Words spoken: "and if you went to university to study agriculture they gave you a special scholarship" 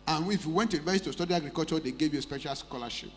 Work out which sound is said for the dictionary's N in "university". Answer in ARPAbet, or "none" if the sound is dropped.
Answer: none